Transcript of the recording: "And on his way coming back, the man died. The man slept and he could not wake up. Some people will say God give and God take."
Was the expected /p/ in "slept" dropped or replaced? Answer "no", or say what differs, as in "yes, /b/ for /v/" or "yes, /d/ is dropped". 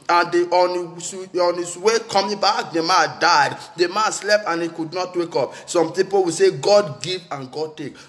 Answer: no